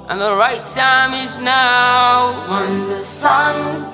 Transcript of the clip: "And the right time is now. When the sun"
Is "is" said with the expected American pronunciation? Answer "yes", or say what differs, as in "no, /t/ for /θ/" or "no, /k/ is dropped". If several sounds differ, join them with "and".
yes